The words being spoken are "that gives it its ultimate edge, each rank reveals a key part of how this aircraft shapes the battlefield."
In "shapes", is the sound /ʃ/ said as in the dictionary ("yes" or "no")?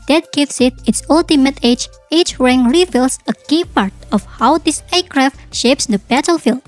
yes